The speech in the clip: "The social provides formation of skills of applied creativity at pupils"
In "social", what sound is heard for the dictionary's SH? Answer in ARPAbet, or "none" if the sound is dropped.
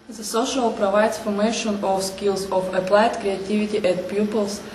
SH